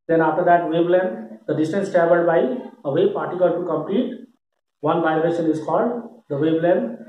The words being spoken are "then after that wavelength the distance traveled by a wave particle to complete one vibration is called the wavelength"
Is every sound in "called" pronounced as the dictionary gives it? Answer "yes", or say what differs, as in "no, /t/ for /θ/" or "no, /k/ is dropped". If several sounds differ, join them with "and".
yes